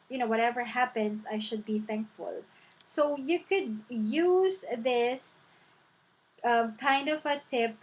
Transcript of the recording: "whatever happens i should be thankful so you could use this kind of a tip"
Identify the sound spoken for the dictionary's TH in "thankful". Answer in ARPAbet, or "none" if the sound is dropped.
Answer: TH